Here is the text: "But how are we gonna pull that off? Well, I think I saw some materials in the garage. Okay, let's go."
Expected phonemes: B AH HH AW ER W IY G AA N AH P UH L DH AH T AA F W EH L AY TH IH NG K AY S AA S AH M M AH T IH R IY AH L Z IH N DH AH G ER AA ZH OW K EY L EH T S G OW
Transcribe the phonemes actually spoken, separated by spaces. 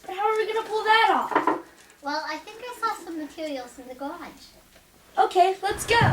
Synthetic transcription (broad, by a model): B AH HH AW ER W IY G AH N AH P UH L DH AH T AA P W EH L AY TH IH NG K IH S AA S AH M M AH T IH R IY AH L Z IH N DH AH G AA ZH OW K EY L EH T S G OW